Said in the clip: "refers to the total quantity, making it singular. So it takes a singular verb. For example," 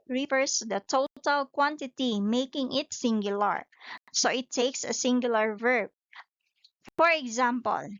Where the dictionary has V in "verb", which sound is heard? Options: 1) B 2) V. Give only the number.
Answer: 2